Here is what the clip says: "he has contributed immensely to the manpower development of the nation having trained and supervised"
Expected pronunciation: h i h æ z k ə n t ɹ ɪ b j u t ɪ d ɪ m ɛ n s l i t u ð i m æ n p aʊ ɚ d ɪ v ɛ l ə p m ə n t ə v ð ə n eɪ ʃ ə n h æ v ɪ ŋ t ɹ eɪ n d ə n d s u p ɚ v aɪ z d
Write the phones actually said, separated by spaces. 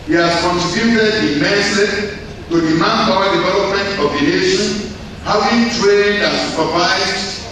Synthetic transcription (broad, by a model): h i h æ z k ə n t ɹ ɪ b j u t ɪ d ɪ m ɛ s i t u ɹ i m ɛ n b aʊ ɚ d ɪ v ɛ l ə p m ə n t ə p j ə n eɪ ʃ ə n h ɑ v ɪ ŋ t ɹ eɪ n d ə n s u p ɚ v aɪ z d